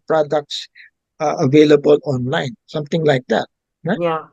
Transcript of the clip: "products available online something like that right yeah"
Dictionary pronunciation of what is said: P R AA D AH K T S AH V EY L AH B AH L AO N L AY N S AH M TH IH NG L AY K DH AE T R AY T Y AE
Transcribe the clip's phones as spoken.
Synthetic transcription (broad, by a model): P R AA D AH K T S AH V EY L AH B AH L AO N L AY N S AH M T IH NG L AY K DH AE T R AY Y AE